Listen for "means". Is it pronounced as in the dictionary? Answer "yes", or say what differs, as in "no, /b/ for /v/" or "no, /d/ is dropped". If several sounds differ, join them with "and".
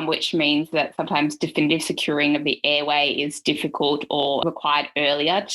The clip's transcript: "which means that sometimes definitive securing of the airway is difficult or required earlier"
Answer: yes